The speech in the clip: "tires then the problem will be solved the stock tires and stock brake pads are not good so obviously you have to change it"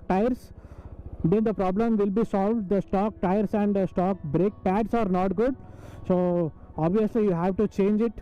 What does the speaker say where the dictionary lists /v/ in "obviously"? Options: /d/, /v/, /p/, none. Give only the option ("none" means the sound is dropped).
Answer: /v/